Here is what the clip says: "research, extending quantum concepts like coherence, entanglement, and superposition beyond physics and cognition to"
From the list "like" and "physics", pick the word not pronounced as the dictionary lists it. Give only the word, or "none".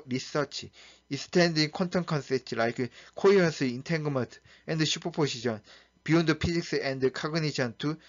physics